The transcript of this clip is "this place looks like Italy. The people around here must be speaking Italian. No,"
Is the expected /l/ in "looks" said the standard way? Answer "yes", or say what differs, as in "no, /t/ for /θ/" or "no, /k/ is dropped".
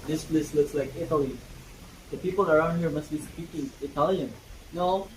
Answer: yes